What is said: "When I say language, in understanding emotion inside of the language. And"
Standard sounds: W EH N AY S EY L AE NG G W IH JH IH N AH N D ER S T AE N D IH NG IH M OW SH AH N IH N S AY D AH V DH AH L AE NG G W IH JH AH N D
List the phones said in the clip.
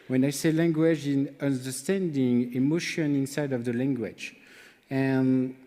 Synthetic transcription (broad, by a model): W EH N AY S EY L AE NG G W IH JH IH N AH N D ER S T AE N D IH NG IH M OW SH AH N IH N S AY D AH V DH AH L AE NG G W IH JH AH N